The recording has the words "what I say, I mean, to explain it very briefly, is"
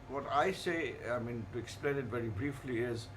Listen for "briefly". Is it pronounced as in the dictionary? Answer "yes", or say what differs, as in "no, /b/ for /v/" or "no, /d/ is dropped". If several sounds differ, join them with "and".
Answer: yes